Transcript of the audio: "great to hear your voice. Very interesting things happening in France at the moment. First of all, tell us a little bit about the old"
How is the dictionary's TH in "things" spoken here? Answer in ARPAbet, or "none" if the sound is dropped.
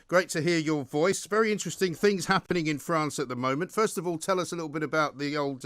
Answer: TH